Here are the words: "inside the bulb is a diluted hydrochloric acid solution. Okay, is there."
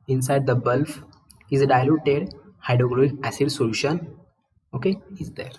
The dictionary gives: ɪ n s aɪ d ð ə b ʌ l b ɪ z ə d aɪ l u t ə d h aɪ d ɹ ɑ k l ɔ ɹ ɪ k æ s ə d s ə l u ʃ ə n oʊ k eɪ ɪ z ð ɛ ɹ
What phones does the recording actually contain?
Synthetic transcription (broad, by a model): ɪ n s aɪ d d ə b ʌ l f ɪ z d aɪ l u t ə d h aɪ d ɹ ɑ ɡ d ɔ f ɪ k æ s ə d s ə l u ʃ ə n oʊ k eɪ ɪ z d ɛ ɹ